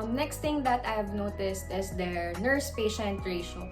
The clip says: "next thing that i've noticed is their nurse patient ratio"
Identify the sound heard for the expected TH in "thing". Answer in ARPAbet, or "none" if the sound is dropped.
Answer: T